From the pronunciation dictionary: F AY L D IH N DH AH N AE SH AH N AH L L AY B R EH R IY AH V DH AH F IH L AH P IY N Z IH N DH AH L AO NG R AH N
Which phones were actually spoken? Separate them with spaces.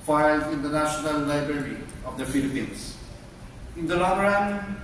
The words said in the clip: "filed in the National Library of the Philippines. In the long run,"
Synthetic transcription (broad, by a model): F AY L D IH N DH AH N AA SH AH N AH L L AY B R EH R IY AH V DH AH F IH L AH P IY N S IH N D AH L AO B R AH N